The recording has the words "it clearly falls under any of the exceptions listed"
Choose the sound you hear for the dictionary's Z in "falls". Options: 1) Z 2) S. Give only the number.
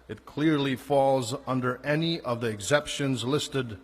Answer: 1